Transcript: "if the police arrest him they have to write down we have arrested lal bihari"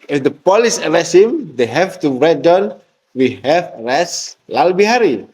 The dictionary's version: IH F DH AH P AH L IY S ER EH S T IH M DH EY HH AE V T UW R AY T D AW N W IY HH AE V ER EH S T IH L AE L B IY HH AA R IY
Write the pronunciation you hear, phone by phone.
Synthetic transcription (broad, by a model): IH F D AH P AH L IY S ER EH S IH M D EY HH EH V T UW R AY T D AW N W IY HH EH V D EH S L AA L B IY HH AA R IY